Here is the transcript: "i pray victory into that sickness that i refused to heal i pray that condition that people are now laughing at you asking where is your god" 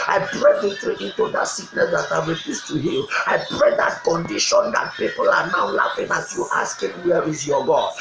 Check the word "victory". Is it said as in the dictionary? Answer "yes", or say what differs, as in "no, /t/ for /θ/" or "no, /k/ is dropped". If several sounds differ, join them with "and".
no, /k/ is dropped